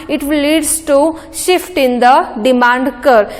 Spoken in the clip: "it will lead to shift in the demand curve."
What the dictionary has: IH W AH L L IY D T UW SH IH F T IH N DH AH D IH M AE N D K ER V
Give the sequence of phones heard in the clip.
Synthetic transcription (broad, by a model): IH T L L IY D T UW SH IH F T IH N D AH D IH M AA N D K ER